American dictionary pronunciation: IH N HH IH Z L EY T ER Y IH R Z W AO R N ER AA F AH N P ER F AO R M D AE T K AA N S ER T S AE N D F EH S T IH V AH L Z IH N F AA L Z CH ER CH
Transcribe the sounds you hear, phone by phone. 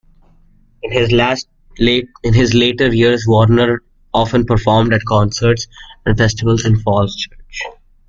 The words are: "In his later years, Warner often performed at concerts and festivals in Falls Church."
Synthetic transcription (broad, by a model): IH N HH IH Z L EY T ER Y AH R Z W AO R N ER AA F AH N P ER F AO R M D AE T K AA N S ER T S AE N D F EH S T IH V AH L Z IH N F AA L S CH ER CH